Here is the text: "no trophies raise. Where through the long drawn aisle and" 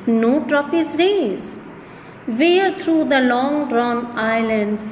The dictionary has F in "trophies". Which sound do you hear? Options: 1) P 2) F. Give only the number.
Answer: 1